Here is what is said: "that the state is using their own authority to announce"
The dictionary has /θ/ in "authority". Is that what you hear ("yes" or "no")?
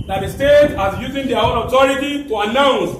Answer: no